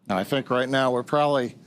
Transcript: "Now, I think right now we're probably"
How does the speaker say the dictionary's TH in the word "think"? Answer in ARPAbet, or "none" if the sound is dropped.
TH